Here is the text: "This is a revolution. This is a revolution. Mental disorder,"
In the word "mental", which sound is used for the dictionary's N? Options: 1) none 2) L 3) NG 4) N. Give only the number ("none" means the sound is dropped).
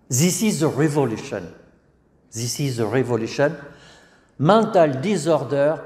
1